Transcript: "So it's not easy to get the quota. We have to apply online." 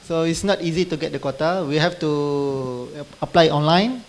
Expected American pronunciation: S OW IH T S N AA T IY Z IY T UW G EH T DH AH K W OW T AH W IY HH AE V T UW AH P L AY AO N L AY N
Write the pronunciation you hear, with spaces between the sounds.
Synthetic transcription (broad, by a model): S OW IH T S N AA T IY Z IY T UW G EH T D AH K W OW T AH W IY HH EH F T UW AH P L AY AO N L AY N